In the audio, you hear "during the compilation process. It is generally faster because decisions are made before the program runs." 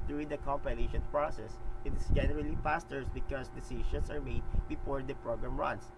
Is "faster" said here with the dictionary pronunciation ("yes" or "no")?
no